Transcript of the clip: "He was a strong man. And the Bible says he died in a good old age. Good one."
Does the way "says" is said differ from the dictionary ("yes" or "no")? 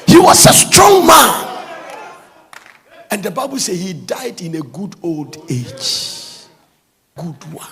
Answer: yes